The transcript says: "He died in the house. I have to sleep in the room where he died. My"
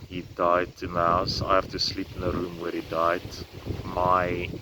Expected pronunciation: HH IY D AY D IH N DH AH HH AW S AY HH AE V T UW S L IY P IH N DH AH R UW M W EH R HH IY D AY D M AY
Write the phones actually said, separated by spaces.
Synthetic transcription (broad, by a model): HH IY D AY D IH N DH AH HH AW S AY HH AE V T UW S L IY P IH N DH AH R UW M W EH R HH IY D AY D M AY